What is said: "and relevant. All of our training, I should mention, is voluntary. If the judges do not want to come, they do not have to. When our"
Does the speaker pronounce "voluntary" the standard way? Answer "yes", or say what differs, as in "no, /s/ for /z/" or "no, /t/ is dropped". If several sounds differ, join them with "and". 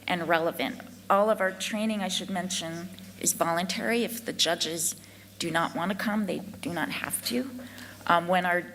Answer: yes